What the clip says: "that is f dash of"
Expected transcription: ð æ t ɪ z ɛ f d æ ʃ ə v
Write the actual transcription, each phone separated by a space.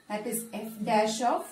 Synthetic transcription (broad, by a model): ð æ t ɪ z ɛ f d æ ʃ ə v